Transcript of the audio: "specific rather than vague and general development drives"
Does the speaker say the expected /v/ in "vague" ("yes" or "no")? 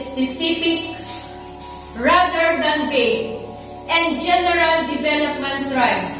no